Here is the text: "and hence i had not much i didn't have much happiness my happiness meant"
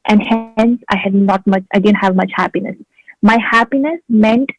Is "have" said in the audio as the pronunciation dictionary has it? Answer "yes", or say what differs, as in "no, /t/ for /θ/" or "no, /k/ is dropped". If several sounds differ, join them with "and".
yes